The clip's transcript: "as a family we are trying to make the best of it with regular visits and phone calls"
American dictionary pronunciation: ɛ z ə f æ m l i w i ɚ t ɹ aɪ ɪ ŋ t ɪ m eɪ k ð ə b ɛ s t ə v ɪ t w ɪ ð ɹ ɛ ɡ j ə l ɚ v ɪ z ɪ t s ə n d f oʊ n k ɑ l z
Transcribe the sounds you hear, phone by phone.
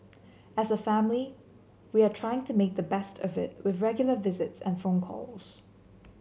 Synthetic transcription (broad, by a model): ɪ z ə f æ m l i w i ɚ t ɹ aɪ ɪ ŋ t ɪ m eɪ k ð ə b ɛ s t ə v ɪ t w ɪ ð ɹ ɛ ɡ j l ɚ v ɪ z ɪ t s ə n f oʊ n k ɑ l z